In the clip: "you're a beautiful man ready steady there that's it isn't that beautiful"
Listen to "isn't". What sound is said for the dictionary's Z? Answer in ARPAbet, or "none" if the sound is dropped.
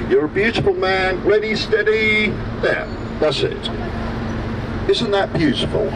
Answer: Z